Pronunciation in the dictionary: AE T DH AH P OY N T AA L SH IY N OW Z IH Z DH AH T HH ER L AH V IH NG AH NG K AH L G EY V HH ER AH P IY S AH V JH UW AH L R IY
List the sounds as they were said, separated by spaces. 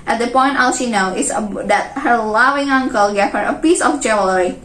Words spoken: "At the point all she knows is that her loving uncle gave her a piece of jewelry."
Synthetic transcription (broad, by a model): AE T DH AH P OY N T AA L SH IY N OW IH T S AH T HH ER L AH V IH NG AH NG K AH L G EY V HH ER AH P IY S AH F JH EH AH L R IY